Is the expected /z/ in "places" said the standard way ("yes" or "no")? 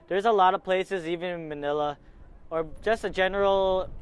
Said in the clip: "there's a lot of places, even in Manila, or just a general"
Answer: yes